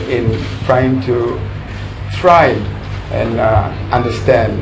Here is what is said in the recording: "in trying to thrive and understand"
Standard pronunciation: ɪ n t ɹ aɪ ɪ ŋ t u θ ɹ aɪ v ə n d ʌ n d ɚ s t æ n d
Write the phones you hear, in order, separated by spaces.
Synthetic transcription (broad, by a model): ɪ n t ɹ aɪ ɪ ŋ t u t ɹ aɪ ə n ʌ n d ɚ s t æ n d